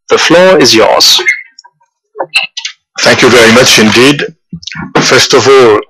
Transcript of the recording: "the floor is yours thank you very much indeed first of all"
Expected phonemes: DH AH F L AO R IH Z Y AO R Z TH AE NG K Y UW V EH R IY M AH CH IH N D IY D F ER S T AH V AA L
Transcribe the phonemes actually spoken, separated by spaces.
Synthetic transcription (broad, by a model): DH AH F L AO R IH Z Y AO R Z TH AE NG K Y UW V EH R IY M AH CH IH N D IY D F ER S T AH V AA L